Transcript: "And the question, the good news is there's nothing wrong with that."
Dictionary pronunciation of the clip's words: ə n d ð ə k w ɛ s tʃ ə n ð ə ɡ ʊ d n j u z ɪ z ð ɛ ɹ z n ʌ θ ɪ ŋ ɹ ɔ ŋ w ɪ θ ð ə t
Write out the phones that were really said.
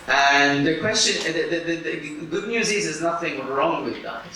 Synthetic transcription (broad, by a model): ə n ð ə k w ɛ s tʃ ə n ð ə ɡ ʊ d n j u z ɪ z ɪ z n ʌ θ ɪ ŋ ɹ ɔ ŋ w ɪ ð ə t